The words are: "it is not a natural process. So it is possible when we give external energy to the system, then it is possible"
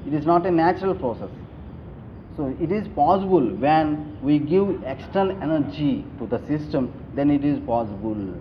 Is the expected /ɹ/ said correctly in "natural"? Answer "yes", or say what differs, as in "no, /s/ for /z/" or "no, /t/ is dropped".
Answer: yes